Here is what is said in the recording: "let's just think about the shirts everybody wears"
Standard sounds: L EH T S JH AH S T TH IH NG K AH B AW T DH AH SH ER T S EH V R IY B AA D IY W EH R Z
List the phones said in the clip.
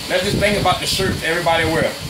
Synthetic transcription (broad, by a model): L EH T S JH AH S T TH IH NG K AH B AW T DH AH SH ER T EH V R IY B AA D IY W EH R